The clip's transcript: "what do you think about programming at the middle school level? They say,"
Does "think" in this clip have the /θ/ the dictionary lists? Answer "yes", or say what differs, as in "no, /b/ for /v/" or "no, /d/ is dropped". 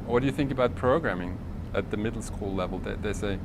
yes